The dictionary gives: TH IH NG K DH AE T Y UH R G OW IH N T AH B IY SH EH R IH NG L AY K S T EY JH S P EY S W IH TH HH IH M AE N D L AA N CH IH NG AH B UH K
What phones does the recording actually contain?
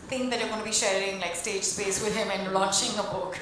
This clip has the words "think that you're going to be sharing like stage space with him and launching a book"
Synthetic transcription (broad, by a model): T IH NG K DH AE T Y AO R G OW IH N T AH B IY SH EH R IH NG L AY K S T EY JH S P EY S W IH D HH IH M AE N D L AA CH IH NG AH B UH K